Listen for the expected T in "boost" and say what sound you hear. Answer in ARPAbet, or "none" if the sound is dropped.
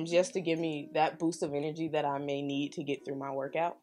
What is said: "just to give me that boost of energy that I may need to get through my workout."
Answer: T